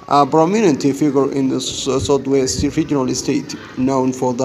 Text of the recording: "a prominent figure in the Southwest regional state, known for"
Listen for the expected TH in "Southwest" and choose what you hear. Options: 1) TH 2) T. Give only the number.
2